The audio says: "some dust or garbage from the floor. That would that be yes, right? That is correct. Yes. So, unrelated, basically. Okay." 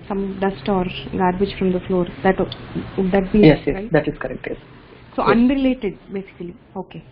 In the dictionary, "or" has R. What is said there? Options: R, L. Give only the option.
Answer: R